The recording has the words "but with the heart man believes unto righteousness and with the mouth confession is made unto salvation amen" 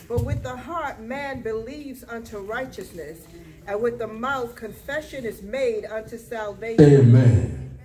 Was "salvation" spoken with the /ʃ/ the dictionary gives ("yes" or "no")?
no